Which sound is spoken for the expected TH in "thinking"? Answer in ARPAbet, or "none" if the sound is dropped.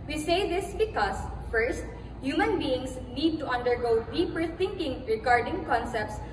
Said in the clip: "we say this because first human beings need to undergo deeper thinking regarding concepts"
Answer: T